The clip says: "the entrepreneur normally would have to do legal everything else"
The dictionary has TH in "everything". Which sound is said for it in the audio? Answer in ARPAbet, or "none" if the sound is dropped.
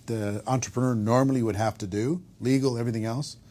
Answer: TH